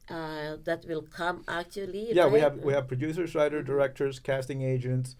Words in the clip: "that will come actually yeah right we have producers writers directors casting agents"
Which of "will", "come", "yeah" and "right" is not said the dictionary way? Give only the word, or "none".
right